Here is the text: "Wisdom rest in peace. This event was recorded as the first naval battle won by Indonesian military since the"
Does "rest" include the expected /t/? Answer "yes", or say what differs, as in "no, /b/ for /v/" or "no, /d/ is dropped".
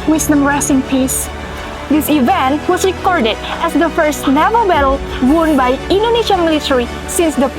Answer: no, /t/ is dropped